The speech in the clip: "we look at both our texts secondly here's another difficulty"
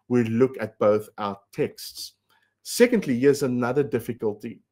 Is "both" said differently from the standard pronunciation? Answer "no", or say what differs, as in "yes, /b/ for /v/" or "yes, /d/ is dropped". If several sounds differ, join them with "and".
no